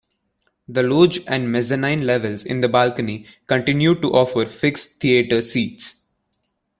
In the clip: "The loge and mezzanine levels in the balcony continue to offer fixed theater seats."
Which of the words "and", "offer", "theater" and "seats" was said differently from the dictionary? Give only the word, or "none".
theater